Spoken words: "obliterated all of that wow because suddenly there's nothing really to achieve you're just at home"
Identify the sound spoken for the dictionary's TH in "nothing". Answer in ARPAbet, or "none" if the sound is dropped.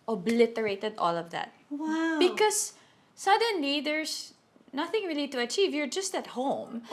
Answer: TH